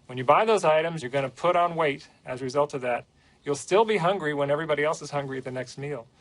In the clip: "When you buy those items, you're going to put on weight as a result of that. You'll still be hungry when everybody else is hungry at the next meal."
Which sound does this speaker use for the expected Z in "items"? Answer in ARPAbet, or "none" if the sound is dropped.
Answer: Z